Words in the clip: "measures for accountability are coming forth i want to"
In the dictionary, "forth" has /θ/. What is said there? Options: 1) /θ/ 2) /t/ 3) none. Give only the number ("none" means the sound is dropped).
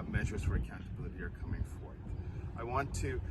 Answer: 1